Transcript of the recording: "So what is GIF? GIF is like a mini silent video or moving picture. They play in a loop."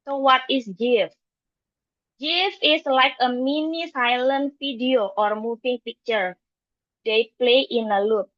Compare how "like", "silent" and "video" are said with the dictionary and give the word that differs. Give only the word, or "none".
video